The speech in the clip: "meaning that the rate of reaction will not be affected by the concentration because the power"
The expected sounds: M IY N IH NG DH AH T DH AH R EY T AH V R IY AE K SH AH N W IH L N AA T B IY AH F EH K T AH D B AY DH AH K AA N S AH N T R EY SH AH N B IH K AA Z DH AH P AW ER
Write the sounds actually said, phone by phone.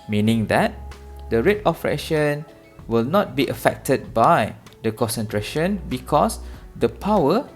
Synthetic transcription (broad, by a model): M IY N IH NG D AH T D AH R EY T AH P R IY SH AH N W IH L N AA T B IY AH F EH K T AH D B AY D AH K AA N S AH N T R EY SH AH N B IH K AA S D AH P AW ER